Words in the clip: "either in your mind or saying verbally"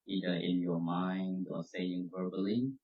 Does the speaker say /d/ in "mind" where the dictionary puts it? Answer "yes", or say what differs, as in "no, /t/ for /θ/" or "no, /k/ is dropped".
yes